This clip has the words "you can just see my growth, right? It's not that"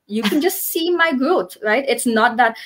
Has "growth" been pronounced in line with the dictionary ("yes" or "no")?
no